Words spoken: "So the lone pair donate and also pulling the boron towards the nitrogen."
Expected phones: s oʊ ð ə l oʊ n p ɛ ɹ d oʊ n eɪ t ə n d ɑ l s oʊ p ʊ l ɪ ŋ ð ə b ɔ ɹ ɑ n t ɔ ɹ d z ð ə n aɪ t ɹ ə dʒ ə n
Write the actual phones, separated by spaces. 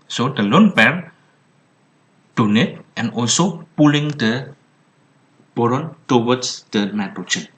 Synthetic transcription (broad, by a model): s oʊ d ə l oʊ n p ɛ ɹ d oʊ n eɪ t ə n ɑ l s oʊ p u l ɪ ŋ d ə b ɔ ɹ ɑ n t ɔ w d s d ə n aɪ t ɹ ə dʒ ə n